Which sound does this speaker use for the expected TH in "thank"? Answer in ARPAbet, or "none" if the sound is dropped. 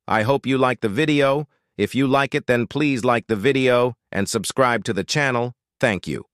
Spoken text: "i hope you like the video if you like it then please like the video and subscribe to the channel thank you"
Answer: TH